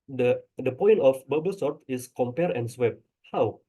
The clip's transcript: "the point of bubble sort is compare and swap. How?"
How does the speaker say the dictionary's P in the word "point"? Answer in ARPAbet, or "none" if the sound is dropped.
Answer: P